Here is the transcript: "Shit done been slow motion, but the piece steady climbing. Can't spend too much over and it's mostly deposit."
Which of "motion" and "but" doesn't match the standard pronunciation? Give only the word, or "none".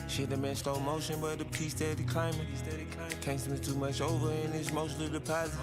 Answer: none